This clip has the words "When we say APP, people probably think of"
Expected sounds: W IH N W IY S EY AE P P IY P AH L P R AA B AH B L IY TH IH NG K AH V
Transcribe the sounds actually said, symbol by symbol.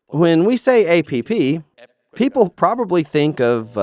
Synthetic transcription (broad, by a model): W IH N W IY S EY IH P P IY P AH L P R AA B AH B L IY TH IH NG K AH V